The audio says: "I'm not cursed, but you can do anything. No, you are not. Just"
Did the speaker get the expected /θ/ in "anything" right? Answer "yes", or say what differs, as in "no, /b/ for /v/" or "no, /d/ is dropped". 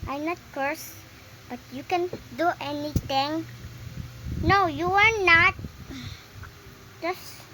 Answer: no, /t/ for /θ/